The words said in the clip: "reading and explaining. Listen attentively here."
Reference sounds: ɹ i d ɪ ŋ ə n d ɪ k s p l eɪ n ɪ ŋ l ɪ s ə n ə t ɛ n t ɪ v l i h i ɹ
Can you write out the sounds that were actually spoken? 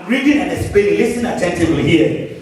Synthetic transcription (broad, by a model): ɹ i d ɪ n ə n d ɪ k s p eɪ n l ɪ s ə n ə t ɛ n t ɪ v l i h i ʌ